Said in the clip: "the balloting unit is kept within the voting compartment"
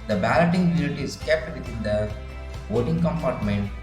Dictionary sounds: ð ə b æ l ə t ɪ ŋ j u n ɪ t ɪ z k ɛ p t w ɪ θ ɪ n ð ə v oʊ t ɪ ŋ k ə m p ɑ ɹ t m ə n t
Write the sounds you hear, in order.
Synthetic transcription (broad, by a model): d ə b æ l ə t ɪ ŋ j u l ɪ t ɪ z k ɛ p t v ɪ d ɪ n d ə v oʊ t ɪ ŋ k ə m p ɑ ɹ t m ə n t